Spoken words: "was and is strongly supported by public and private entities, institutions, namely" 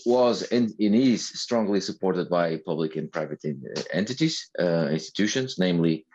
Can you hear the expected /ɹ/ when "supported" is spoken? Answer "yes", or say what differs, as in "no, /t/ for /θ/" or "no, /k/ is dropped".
yes